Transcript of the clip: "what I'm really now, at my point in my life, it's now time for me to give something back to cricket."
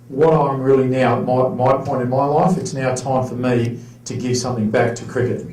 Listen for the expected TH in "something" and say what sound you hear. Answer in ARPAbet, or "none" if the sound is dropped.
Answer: TH